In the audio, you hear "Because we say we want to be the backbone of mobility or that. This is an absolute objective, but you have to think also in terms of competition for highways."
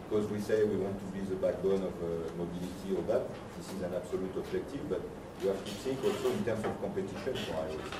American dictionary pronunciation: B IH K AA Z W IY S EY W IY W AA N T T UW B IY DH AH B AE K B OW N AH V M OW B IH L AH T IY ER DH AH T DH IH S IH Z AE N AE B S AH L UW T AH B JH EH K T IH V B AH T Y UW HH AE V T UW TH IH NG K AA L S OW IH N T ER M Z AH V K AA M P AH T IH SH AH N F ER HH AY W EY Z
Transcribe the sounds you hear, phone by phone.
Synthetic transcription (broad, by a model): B K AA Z W IY S EY W IY W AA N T T UW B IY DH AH B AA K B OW N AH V M OW B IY L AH T IY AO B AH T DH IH S IH Z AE N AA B S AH L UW T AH B ZH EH K T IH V B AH T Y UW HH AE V T UW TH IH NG K AA L S OW IH N T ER M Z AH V K AA P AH T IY SH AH N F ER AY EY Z